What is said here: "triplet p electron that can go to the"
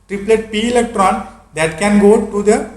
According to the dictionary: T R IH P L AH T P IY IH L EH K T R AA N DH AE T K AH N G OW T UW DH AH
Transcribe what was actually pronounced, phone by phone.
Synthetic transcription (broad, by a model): T R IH P L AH T P IY IH L EH K T R AA N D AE T K AH N G OW T UW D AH